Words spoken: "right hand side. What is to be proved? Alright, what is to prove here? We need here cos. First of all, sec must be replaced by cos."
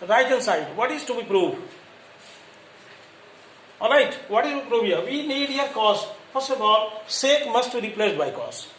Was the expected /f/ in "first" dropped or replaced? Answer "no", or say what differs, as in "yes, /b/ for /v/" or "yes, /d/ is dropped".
yes, /p/ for /f/